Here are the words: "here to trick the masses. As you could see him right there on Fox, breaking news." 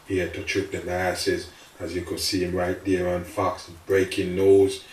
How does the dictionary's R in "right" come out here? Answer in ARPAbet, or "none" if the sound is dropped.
R